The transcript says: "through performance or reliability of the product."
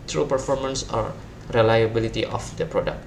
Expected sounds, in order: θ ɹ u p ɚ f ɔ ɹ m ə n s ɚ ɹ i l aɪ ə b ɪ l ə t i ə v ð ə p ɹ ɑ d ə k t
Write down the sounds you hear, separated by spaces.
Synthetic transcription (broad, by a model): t ɹ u p ɚ f ɔ ɹ m ə n s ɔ ɹ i l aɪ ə b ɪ l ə t i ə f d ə p ɹ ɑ d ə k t